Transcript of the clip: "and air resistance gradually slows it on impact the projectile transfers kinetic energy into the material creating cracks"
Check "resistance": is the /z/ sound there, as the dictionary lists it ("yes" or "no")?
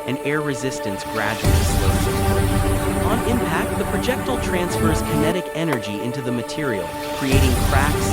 yes